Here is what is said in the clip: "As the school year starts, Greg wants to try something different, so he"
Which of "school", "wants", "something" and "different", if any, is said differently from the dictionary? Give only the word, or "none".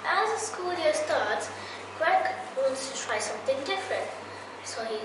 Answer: none